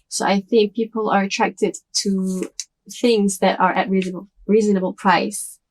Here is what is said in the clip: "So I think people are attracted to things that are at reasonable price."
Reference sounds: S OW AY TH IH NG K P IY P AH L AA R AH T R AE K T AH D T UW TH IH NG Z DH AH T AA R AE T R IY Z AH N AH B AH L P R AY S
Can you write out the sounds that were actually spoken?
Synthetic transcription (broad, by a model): S OW AY TH IH NG K P IY P AH L AA R AH T R AE K T AH D T UW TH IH NG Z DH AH T AA R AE T R IY Z AH N AH B AH L P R AY S